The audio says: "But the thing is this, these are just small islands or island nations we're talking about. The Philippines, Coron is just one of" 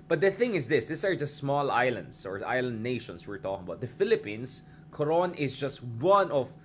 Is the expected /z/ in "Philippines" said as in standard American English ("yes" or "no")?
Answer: no